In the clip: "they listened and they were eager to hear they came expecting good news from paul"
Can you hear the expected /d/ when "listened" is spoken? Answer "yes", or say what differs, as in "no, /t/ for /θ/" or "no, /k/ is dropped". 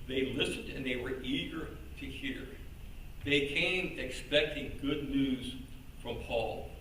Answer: yes